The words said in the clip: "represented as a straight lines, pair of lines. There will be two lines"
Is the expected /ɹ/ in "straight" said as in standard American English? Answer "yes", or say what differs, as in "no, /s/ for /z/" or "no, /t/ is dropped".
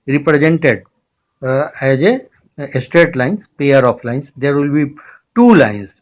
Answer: yes